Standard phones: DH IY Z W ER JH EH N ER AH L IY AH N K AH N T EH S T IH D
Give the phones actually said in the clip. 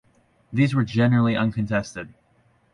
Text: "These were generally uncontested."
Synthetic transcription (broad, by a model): DH IY Z W ER JH EH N ER L IY AH N K AH N T EH S T IH D